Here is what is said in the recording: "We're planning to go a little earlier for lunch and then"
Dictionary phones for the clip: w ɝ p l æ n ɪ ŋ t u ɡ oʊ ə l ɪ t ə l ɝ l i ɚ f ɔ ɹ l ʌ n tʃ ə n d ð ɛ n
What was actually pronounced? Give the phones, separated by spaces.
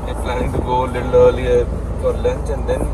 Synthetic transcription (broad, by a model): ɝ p l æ ɪ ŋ t u ɡ oʊ l ɪ t ə l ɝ l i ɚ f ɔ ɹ l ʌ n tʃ ə n d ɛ n